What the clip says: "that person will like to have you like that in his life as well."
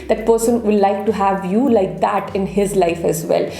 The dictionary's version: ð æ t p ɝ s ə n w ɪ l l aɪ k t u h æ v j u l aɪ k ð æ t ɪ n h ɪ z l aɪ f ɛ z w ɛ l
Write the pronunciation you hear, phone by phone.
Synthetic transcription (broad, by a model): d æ t p ɝ s ə n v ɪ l l aɪ k t u h æ v j u l aɪ k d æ t ɪ n h ɪ z l aɪ f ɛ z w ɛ l